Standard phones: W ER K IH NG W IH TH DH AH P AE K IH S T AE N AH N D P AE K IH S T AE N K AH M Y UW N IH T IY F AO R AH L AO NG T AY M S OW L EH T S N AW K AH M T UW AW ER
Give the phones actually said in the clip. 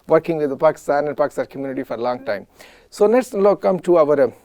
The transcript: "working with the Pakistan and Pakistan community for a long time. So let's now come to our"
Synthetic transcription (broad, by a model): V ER K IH NG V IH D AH P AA K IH S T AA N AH N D P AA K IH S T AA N K AH M Y UW N IH T IY F AO R AH L AO NG T AY M S OW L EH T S L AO K AH M T UW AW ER